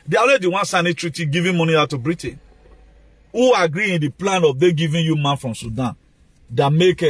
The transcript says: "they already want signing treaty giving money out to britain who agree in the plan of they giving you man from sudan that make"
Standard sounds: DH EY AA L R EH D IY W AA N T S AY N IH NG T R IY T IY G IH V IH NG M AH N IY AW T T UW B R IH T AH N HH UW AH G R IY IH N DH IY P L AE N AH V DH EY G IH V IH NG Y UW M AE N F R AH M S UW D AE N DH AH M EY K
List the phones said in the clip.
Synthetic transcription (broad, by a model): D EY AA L EH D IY W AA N S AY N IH T R IY T IY G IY V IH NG M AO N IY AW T T UW B R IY T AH N HH UW AH G R IY IH N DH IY P L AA N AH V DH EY G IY V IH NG Y UW M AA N F R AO M S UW D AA N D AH M EY K